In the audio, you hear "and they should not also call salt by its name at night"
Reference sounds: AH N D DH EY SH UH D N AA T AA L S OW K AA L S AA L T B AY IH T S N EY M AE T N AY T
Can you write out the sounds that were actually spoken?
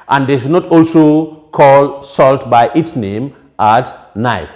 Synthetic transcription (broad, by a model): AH N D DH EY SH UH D N AA T AA L S OW K AA L S AA L T B AY IH T S N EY M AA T N AY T